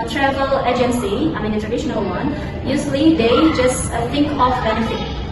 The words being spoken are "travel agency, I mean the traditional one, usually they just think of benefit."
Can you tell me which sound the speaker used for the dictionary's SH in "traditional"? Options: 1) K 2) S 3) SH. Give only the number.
3